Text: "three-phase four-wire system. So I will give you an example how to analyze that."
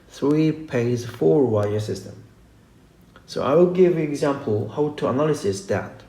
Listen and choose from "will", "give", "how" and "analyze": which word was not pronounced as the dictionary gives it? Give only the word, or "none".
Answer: analyze